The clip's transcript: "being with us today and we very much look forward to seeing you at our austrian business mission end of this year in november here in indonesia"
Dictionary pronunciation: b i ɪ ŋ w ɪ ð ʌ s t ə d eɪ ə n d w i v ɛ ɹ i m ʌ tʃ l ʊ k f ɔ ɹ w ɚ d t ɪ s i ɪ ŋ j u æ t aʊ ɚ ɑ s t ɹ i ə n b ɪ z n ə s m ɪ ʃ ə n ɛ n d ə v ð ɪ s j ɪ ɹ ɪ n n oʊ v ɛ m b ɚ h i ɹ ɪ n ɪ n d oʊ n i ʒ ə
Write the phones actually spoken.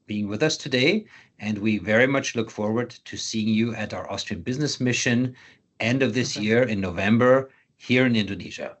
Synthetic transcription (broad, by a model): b i ɪ ŋ w ɪ ð ʌ s t ə d eɪ ə n d w i v ɛ ɹ i m ʌ tʃ l ʊ k f ɔ ɹ w ɚ d t ɪ s i ɪ ŋ j u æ t aʊ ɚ ɑ s t ɹ i ə n b ɪ z n ə s m ɪ ʃ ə n ɛ n d ə v ð ɪ s j ɪ ɹ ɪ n n oʊ v ɛ m b ɚ h i ɹ ɪ n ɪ n d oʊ n i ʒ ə